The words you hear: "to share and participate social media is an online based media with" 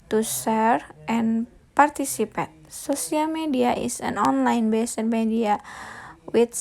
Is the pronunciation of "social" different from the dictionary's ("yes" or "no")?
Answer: yes